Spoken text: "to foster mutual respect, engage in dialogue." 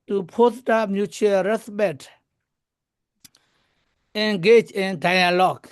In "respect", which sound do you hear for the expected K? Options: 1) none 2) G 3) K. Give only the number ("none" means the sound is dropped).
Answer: 1